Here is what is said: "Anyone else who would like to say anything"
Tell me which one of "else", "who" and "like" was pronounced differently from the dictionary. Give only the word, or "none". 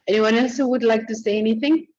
none